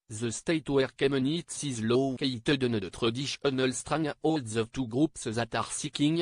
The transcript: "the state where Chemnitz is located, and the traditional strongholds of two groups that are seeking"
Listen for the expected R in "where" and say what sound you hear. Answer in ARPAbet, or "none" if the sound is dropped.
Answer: R